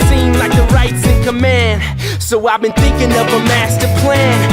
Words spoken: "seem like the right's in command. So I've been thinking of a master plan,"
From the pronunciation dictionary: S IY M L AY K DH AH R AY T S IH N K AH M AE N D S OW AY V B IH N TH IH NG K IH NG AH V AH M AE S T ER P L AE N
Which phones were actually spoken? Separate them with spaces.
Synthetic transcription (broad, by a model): S IY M L AY K DH AH R AY T S IH N K AH M AE N D S OW AY V B IH N TH IH NG K IH NG AH V AH M AE S T ER P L AE N